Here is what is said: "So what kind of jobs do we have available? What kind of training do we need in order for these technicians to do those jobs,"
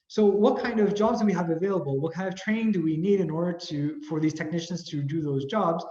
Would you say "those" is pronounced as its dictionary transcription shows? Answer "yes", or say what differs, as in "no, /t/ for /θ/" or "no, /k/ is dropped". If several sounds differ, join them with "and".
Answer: yes